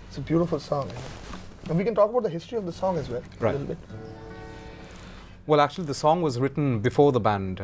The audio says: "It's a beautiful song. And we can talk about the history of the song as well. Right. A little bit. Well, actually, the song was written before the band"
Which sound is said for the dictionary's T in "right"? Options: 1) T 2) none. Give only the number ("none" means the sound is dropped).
2